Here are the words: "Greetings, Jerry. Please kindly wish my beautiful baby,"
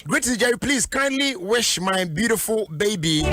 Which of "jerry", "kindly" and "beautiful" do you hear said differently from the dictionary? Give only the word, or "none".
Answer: jerry